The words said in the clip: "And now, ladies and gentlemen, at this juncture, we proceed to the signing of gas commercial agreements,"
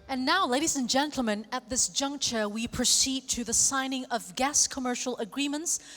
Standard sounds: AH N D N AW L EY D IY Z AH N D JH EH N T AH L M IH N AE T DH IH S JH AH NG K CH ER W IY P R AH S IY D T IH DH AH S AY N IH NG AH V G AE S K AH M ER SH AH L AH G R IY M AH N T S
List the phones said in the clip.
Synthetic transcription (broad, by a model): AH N N AW L EY D IY Z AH N JH EH N T L M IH N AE T DH IH S JH AH NG K CH ER W IY P R AH S IY D T IH DH AH S AY N IH NG AH V G AE S K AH M ER SH L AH G R IY M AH N T S